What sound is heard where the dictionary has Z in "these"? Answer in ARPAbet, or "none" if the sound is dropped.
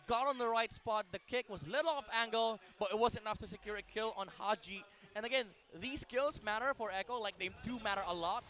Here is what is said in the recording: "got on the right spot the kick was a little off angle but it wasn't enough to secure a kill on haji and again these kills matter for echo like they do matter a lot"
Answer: S